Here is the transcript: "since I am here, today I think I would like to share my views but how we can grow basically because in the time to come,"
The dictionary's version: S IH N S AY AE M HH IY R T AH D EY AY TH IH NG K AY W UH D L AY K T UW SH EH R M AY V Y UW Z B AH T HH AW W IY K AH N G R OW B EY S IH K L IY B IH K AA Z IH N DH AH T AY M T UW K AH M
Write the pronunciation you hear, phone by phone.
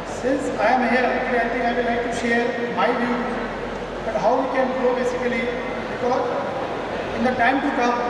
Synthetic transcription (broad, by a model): S IH N S AY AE M HH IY R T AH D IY AY T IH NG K AY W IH L AY K T UW SH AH R M AY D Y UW B AH T HH AW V IY K AH N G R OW B EY S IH K L IY B IH K AA Z IH N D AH T AY M T UW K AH M